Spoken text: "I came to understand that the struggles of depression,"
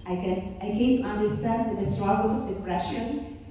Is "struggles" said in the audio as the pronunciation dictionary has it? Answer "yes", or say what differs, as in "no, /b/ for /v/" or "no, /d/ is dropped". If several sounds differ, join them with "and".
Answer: no, /l/ is dropped